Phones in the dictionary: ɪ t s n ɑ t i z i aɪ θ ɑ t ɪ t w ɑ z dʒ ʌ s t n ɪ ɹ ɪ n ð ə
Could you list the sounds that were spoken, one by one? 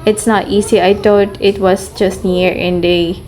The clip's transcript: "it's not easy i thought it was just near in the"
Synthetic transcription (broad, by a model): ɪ t s n ɑ t i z i aɪ t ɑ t ɪ t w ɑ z dʒ ʌ s t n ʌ ɹ ɪ n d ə